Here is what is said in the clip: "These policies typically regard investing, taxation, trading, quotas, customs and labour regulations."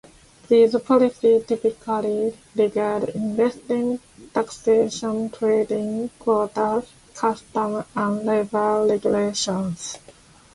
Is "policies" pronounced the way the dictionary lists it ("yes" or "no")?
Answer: no